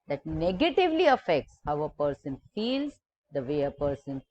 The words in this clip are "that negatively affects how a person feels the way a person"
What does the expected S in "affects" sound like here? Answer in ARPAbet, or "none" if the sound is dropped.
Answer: S